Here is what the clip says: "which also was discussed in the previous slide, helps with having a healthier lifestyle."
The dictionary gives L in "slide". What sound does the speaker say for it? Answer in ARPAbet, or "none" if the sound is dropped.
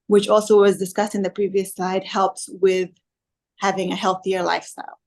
none